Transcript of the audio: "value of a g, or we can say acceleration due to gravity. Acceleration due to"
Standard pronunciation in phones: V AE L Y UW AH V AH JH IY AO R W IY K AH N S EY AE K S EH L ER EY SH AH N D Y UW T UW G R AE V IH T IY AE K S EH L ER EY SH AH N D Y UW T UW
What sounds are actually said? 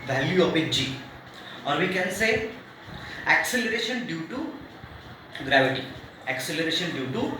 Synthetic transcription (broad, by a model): V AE L Y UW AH P AH JH IY AO R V IY K AH N S EY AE K S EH L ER EY SH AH N D Y UW T UW G R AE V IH T IY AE K S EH L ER EY SH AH N D Y UW T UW